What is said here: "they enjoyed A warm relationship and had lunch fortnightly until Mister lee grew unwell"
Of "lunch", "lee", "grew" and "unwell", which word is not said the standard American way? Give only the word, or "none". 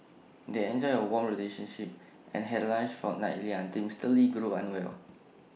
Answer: lunch